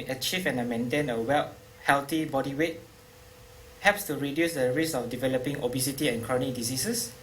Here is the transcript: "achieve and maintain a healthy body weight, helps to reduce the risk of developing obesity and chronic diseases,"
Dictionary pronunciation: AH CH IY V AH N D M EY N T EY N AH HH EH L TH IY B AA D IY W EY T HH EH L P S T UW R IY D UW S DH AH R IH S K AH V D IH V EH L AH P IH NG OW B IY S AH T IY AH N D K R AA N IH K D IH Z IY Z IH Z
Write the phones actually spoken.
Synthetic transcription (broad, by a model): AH CH IY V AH N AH M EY N T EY N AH HH EH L T IY B AA D IY W EY T HH EH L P S T UW R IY D UW S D AH R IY S AH F D IH V EH L AH P IH NG OW B IY S AH T IY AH N K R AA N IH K D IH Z IY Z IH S